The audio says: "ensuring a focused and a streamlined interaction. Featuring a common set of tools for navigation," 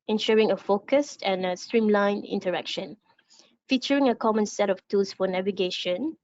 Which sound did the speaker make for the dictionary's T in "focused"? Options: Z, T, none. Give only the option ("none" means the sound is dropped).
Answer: T